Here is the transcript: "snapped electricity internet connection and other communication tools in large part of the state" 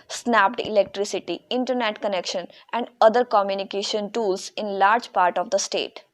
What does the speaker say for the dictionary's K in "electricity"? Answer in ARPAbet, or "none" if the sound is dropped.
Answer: K